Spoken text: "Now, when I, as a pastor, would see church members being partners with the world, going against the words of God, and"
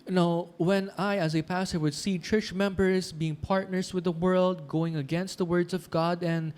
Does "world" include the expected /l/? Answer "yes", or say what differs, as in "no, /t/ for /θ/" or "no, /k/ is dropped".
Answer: yes